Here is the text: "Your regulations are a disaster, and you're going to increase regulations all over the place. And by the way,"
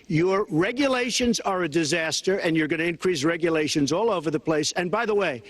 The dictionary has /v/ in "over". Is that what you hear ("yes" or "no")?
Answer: yes